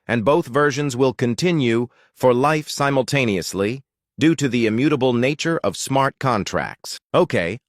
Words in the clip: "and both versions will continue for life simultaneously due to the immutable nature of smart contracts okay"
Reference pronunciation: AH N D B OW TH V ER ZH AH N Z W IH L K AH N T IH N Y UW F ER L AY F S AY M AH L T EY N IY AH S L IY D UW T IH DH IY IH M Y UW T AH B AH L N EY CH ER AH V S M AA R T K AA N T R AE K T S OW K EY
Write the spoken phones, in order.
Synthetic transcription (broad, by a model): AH N B OW TH V ER ZH AH N Z W IH L K AH N T IH N Y UW F ER L AY F S AY M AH L T EY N IY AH S L IY D UW T IH DH IY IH M Y UW T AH B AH L N EY CH ER AH V S M AA R T K AA N T R AE K T S OW K EY